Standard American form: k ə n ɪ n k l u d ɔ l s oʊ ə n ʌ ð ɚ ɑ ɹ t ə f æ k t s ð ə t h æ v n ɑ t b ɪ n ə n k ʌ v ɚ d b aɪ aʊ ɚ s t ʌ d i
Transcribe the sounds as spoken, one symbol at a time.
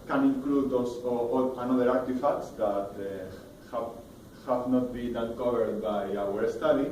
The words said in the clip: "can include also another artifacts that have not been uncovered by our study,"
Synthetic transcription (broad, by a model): k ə n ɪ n k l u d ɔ s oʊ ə n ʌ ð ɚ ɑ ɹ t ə f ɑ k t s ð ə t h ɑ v n ɑ t b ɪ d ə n k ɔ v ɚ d b aɪ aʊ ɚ s t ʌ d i